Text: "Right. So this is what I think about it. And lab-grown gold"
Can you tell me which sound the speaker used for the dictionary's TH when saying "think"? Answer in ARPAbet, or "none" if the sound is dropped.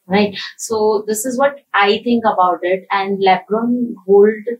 T